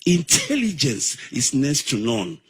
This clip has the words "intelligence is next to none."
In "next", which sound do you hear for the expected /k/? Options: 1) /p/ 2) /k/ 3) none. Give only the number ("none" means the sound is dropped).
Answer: 3